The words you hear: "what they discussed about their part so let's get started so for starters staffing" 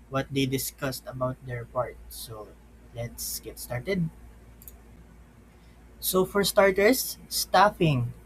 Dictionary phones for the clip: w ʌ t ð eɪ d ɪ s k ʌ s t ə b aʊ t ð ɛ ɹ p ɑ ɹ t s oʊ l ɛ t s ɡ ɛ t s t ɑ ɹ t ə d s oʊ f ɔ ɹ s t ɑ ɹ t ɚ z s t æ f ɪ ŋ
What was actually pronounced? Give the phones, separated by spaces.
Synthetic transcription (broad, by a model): w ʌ t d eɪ d ɪ s k ʌ s t ə b aʊ t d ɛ ɹ p ɑ ɹ t s oʊ l ɛ t s ɡ ɛ t s t ɑ ɹ t ə d s oʊ f ɔ ɹ s t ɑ ɹ t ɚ s t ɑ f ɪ ŋ